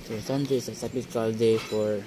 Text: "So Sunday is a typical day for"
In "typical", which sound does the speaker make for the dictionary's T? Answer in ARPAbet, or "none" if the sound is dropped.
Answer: S